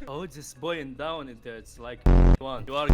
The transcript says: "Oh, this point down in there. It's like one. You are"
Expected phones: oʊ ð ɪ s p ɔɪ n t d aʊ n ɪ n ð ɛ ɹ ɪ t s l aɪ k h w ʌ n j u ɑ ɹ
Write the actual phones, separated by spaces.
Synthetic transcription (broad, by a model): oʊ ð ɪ s b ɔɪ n d aʊ n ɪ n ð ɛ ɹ ɪ t s l aɪ k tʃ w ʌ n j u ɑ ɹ